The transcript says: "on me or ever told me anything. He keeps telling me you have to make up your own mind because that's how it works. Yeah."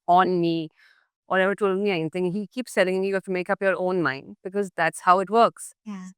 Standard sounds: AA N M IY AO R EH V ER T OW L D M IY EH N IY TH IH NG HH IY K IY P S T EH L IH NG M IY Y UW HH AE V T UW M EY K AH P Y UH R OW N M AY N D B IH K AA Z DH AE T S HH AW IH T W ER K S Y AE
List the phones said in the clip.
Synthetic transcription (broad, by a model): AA N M IY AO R EH V ER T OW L M IY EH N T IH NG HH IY K IY P S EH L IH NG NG Y UW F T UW M EY K AH P Y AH R OW N M AY N D B IH K AA Z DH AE T S HH AW IH T W ER K S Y